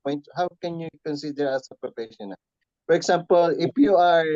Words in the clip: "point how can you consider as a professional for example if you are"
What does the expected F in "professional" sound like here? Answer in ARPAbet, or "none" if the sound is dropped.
P